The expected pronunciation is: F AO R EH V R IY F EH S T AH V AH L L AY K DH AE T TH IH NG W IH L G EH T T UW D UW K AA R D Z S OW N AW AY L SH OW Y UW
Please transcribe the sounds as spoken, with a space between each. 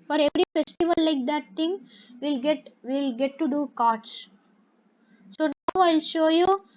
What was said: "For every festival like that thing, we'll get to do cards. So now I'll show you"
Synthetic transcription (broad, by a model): F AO R EH V R IY F EH S T AH V AH L L AY K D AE T T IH NG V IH L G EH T T UW D UW K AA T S S OW N AW AY L SH OW Y UW